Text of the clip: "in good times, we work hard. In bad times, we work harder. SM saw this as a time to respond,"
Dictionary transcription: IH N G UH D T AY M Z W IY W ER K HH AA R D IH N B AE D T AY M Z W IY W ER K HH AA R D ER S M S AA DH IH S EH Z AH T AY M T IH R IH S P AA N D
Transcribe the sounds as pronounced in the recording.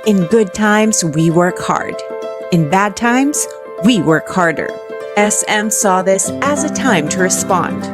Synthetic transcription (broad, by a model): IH N G UH D T AY M Z W IY W ER K HH AA R D IH N B AE D T AY M Z W IY W ER K HH AA R D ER S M S AA DH IH S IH Z AH T AY M T IH R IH S P AA N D